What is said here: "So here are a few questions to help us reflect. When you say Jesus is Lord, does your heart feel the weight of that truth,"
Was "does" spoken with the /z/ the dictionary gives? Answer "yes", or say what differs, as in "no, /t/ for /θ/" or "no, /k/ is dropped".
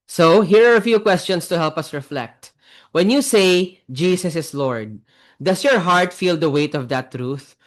no, /s/ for /z/